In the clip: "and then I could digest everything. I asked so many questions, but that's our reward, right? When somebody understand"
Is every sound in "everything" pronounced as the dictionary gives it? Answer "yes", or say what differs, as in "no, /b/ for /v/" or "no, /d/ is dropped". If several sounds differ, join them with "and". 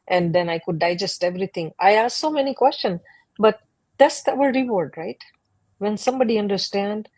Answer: no, /t/ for /θ/